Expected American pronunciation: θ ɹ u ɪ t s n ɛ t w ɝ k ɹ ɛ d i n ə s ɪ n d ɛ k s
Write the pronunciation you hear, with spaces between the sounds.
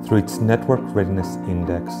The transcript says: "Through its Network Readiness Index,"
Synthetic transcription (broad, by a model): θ ɹ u ɪ t s n ɛ t w ɝ k ɹ ɛ d i n ə s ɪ n d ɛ k s